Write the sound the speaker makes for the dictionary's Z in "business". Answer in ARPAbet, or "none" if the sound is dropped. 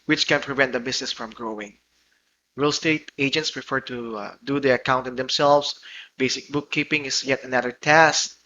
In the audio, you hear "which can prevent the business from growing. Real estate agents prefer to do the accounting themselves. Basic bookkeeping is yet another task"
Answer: S